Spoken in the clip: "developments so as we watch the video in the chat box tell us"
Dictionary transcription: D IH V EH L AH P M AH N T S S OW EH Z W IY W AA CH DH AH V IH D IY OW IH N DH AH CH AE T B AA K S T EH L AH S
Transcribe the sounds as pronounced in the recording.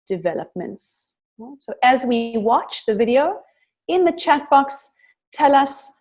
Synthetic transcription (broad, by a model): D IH V EH L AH P M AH N T S S OW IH Z W IY W AA CH DH AH V IH D IY OW IH N DH AH CH AE T B AA K S T EH L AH S